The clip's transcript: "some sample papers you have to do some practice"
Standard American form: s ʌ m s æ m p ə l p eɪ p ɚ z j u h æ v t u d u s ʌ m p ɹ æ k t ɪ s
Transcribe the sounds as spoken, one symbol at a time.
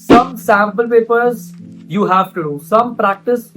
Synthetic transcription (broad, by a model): s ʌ m s æ m p ə l p eɪ p ɚ z j u h æ v t u d u s ʌ m p ɹ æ k t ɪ s